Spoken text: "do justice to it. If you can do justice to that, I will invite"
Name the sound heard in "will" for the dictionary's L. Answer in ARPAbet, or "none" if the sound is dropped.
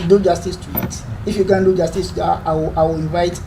W